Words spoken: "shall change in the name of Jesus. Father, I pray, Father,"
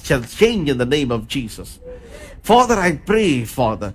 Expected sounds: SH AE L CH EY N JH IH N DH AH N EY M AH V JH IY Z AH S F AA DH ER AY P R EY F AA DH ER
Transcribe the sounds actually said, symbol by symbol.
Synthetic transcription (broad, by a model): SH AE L CH EY N JH IH N DH AH N EY M AH V JH IY Z AH S F AA DH ER AY P R EY F AA DH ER